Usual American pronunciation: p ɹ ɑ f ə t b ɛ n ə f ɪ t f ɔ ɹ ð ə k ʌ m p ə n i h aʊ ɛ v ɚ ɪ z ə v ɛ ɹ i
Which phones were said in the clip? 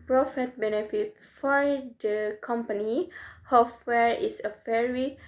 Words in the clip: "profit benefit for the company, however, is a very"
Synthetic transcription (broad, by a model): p ɹ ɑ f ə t b ɛ n ə f ɪ t f ɔ ɹ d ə k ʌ m p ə n i h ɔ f w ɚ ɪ s ə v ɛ ɹ i